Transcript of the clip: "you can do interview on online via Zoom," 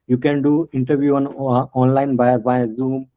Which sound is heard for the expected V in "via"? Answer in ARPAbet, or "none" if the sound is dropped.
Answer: B